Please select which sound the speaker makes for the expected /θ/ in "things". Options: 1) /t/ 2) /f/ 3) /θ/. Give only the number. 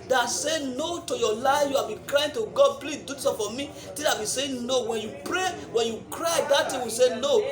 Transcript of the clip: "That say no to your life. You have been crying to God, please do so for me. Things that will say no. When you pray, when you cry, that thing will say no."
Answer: 1